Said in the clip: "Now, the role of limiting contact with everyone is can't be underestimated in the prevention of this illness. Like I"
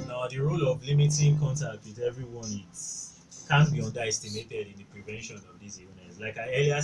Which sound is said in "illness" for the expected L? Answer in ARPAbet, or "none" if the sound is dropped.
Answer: none